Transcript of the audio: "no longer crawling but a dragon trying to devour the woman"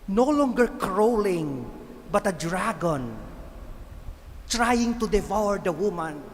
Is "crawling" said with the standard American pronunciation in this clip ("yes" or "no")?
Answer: yes